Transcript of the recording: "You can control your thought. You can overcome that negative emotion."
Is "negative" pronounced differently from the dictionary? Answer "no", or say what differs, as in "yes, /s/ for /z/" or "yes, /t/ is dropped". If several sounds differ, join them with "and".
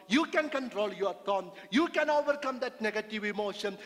no